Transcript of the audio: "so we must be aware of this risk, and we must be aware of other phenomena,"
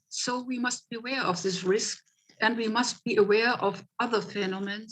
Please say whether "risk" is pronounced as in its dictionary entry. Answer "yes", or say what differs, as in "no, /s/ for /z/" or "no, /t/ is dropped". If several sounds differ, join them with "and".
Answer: yes